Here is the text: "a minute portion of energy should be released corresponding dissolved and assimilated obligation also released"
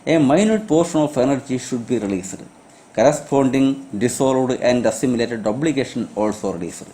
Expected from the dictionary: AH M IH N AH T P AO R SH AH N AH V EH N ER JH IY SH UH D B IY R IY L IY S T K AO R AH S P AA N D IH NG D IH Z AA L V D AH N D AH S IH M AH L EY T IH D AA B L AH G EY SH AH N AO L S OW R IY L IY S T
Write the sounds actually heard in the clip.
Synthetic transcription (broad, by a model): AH M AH N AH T P AO R SH AH N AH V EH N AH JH IY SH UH D B IY R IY L IY S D K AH R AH S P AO N D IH NG D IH S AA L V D AH N D AH S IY M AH L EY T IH D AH B L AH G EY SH AH N AO L S OW R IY L IY S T